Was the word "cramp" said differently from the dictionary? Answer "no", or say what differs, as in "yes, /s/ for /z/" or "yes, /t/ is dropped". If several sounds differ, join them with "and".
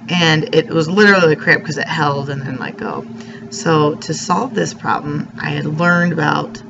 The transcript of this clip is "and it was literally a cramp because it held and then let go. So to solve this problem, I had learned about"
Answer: yes, /m/ is dropped